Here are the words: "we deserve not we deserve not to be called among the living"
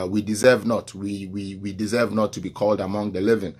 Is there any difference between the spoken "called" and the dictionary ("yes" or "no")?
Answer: no